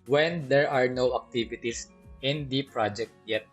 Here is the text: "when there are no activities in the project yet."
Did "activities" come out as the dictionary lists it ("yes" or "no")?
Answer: no